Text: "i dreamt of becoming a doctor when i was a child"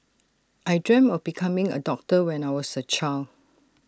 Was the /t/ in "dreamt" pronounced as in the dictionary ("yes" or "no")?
no